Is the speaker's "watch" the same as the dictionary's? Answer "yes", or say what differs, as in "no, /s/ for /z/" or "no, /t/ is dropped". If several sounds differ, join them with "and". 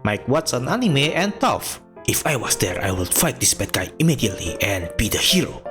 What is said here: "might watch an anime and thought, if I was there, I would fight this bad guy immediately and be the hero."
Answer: no, /s/ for /tʃ/